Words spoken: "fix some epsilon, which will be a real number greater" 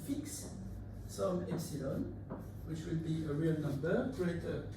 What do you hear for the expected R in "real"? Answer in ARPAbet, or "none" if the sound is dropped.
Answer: R